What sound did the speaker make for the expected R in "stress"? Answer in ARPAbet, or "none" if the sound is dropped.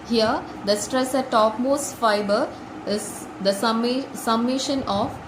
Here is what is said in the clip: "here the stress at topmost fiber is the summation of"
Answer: R